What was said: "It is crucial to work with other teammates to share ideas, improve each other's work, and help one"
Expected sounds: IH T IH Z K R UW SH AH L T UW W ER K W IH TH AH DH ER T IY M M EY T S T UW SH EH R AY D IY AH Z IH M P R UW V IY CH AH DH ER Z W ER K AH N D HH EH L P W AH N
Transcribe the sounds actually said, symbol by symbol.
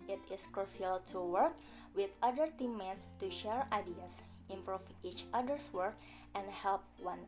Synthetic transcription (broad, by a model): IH T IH S K R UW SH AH L T UW W ER K W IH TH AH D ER T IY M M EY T S T UW SH EH R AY D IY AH S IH M P R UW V IY CH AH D ER S W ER K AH N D HH EH L P W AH N